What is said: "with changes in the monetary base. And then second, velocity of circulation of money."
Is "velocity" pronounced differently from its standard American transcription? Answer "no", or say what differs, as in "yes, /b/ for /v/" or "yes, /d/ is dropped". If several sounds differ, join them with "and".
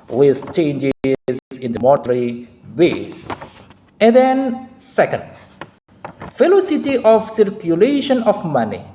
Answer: yes, /f/ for /v/